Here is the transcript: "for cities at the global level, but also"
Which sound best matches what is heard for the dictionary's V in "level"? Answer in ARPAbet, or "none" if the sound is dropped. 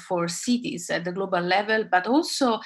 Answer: V